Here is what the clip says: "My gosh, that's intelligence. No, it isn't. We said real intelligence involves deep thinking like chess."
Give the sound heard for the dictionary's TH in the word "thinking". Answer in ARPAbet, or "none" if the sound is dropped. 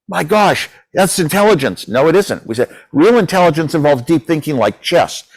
TH